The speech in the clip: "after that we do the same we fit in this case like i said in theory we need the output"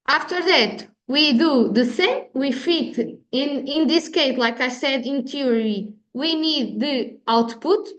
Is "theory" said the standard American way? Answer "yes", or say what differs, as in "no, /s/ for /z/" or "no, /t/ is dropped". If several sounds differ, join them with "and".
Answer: no, /t/ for /θ/